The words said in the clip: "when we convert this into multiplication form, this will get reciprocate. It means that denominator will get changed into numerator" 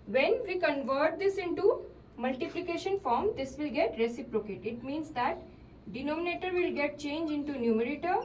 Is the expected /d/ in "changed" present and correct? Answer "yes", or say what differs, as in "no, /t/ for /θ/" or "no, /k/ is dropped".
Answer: no, /d/ is dropped